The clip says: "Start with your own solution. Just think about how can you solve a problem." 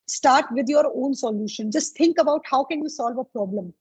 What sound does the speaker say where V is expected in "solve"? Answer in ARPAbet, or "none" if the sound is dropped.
V